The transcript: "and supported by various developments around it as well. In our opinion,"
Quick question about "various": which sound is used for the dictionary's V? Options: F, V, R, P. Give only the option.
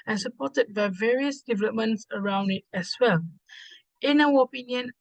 V